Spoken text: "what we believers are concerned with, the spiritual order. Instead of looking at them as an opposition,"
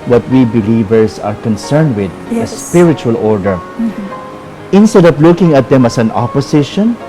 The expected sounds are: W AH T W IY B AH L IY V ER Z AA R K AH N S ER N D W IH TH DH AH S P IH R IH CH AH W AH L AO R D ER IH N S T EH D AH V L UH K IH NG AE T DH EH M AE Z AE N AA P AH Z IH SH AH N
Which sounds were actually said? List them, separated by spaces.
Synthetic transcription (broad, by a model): W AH T W IY B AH L IY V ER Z AA R K AH N S ER N D W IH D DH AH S P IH R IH CH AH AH L AO R D ER IH N S T EH D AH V L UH K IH NG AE T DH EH M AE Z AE N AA P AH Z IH SH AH N